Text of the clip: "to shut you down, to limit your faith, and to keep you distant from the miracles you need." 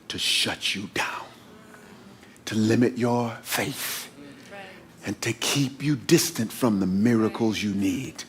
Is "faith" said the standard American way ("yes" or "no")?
yes